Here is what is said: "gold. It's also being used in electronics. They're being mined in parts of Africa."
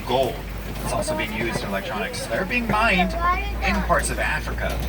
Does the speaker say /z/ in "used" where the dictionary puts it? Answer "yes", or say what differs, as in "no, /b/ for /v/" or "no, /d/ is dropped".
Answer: yes